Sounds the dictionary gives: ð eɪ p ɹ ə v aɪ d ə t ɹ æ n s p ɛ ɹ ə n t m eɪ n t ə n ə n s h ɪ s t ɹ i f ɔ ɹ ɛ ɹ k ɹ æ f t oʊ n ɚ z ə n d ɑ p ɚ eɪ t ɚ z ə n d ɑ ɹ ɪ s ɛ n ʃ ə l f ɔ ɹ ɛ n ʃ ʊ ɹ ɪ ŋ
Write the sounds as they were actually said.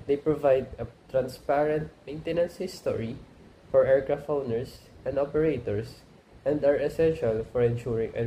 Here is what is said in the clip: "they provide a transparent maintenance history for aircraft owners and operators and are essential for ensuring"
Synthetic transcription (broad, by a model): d eɪ p ɹ ə v aɪ d ə t ɹ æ n s p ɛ ɹ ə n t m eɪ n t ə n ə n s h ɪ s t ɹ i f ɔ ɹ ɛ ɹ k ɹ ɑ f oʊ n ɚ s ə n d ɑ p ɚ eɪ t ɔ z ə n d ɑ ɹ ɪ s ɛ n ʃ ə l f ɔ ɹ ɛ n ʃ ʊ ɹ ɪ ŋ